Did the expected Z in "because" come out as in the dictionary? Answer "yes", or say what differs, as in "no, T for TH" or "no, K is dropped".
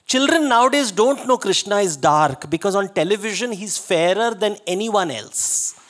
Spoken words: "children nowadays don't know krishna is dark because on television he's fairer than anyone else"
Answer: yes